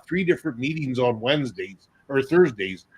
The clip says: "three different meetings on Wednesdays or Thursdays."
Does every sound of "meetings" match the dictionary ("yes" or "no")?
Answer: yes